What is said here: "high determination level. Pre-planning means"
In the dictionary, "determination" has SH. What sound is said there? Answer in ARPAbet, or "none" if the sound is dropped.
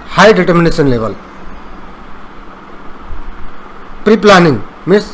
S